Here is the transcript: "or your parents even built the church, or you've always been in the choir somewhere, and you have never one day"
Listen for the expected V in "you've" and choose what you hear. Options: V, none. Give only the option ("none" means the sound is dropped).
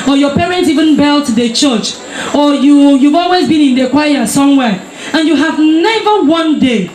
V